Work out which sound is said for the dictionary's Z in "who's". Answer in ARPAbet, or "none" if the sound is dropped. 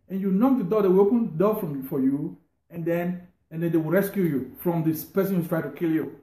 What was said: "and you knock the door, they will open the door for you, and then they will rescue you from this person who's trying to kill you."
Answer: none